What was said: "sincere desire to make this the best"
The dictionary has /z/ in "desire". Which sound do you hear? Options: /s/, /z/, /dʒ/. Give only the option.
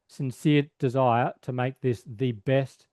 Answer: /z/